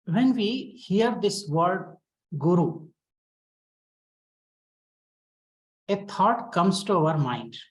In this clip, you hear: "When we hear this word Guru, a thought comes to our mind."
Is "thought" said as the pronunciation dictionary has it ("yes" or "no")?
no